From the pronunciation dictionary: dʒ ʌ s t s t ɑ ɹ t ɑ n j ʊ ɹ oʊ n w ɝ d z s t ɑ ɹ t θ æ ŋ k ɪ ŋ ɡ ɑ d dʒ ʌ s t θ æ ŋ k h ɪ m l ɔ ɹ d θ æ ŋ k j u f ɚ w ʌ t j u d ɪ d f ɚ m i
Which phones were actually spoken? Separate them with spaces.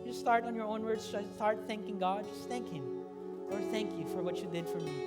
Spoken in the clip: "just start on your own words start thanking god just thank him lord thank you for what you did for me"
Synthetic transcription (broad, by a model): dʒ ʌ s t s t ɑ ɹ t n j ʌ ɹ oʊ n w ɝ d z s t ɑ ɹ t θ æ ŋ k ɪ ŋ ɡ ɑ d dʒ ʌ s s θ æ ŋ k h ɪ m l ɔ ɹ d θ æ ŋ k j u f ɚ w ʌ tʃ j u d ɪ d f ɚ m i